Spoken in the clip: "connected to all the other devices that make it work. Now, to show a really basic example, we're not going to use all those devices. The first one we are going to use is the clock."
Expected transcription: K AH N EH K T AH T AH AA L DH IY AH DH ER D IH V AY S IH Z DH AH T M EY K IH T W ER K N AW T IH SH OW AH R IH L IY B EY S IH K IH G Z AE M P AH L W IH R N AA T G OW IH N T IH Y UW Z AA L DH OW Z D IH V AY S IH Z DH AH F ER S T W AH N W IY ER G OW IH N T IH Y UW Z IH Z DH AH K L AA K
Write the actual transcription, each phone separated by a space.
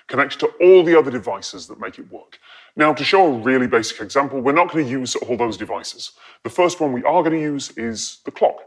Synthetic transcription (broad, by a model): K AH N EH K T T AH AA L DH IY AH DH ER D IH V AY S IH Z DH AH T M EY K IH T W ER K N AW T IH SH OW AH R IH L IY B EY S IH K IH G Z AE M P AH L W IH R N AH T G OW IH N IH Y UW Z AA L DH OW Z D IH V AY S IH Z DH AH F ER S T W AH N W IY ER G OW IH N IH Y UW Z IH Z DH AH K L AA K